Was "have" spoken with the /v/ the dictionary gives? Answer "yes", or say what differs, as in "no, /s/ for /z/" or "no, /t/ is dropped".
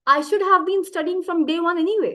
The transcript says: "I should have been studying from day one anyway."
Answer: yes